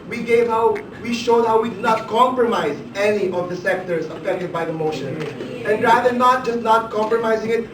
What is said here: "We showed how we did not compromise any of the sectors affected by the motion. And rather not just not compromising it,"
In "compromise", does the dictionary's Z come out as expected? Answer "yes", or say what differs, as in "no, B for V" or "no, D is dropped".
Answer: yes